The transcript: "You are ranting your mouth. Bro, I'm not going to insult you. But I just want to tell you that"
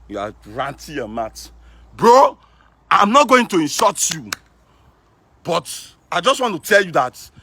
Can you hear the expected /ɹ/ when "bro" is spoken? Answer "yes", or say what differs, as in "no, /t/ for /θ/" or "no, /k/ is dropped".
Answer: yes